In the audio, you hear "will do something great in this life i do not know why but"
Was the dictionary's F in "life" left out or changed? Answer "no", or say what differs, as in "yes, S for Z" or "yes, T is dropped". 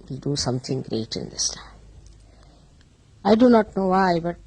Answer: yes, F is dropped